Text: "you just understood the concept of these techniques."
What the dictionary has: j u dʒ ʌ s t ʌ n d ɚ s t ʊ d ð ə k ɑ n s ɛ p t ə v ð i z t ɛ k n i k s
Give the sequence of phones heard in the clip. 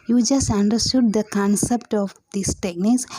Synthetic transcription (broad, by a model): j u dʒ ʌ s t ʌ n d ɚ s t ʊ d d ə k ɑ n s ɛ p t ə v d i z t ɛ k n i k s